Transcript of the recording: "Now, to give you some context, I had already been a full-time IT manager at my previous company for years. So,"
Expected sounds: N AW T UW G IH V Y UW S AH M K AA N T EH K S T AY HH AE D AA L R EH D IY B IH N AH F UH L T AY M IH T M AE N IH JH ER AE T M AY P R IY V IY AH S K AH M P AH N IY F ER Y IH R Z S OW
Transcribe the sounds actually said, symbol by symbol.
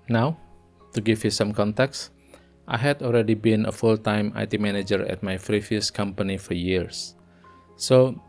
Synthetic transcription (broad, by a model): N AW T UW G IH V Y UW S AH M K AA N T EH K S T AY HH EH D AA L R EH D IY B IH N AH F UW L T AY M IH T M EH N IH JH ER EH T M AY F R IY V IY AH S K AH M P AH N IY F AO Y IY R S OW